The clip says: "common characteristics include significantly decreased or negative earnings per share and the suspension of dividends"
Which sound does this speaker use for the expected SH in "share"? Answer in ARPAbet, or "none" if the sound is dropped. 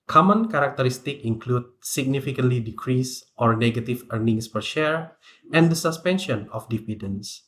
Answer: SH